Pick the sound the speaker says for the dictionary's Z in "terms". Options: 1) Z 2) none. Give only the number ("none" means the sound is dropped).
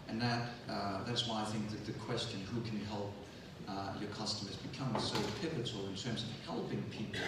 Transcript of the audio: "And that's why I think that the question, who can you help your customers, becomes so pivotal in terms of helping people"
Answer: 1